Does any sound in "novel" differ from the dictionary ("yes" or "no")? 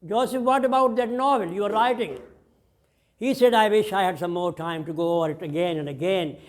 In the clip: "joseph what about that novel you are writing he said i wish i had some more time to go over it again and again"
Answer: no